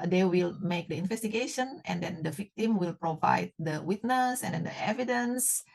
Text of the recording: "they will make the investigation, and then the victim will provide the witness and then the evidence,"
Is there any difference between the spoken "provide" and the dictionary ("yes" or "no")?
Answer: no